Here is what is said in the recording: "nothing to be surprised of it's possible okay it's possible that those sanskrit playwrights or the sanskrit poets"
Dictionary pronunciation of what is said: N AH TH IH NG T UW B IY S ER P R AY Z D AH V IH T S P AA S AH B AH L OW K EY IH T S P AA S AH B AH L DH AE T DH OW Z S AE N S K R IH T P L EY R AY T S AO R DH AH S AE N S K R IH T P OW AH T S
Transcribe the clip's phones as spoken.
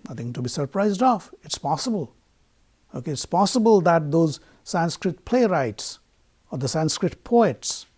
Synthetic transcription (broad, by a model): N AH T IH NG T UW B IY S ER P R AY Z D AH F IH T S P AA S AH B AH L OW K EY IH T S P AA S AH B AH L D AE T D OW Z S AE N S K R IH T P L EY R AY T S AO R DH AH S AE N S K R IH T P OW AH T S